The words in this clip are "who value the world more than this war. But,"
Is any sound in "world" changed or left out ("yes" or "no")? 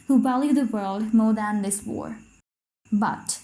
no